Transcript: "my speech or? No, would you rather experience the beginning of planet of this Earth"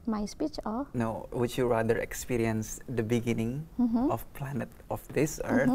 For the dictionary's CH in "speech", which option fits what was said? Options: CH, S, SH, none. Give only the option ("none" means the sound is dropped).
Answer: CH